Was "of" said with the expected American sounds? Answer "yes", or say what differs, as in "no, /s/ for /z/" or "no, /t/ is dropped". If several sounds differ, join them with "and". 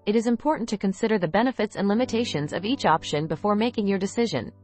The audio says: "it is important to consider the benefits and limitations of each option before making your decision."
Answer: yes